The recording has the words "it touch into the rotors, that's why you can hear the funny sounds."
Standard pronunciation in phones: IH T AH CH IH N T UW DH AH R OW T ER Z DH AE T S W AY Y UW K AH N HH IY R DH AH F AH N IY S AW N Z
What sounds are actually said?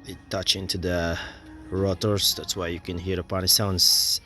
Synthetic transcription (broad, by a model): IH T AH CH IH N T UW DH AH R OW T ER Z DH AE T S W AY Y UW K AH N HH IY R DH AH P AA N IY S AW N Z